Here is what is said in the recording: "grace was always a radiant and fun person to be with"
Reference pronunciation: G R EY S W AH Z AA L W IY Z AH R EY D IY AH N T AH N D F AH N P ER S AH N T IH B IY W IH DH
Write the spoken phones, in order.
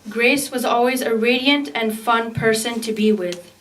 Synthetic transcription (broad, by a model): G R EY S W AH Z AA L W IY Z AH R EY D IY AH N T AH N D F AH N P ER S AH N T IH B IY W IH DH